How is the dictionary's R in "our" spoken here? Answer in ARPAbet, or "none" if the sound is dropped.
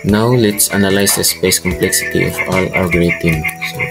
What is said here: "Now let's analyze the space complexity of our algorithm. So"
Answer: L